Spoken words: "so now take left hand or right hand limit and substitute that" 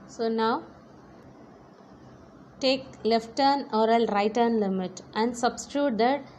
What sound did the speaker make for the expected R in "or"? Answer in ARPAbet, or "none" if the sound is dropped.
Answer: L